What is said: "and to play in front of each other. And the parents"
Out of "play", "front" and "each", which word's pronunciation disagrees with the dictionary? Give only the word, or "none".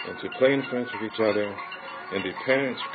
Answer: front